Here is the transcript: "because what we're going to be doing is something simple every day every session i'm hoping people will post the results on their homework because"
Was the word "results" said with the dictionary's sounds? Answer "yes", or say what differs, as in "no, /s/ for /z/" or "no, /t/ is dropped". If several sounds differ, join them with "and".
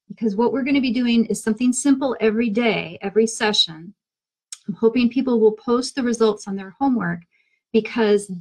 yes